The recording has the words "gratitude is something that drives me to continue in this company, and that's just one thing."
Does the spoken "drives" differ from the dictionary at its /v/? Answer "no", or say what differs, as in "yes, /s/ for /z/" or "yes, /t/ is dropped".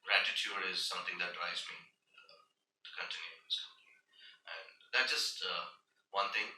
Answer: yes, /v/ is dropped